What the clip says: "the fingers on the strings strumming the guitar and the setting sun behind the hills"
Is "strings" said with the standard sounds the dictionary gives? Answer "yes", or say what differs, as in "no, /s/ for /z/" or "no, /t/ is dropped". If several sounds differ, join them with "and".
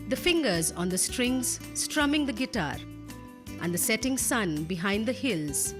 yes